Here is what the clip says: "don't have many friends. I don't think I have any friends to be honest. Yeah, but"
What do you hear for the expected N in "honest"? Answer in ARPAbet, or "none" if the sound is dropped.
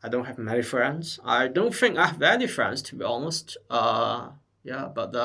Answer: L